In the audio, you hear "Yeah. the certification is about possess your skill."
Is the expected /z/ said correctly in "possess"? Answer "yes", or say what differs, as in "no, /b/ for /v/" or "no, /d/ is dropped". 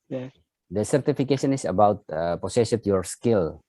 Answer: no, /s/ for /z/